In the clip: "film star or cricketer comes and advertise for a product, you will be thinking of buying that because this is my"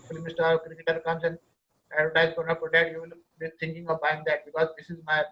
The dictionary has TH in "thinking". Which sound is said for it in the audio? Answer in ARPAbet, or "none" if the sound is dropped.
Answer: T